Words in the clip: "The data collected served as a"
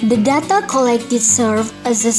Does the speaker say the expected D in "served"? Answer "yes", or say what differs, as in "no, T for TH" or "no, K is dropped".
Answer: no, D is dropped